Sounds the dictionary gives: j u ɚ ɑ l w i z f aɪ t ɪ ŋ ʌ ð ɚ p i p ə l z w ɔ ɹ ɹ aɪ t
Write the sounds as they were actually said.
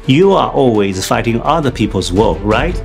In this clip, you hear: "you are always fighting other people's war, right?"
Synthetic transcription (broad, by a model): j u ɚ ɑ l w i z f aɪ t ɪ ŋ ʌ ð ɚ p i p ə l z w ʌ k ɹ aɪ t